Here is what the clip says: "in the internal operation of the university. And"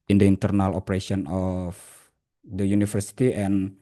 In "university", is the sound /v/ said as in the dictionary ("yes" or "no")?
no